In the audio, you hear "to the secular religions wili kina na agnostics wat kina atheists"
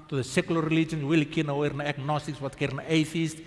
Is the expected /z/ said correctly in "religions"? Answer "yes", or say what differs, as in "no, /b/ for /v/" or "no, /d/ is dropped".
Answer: no, /z/ is dropped